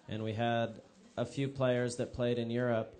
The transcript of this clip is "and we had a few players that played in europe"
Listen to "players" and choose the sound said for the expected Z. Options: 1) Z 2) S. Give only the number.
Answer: 1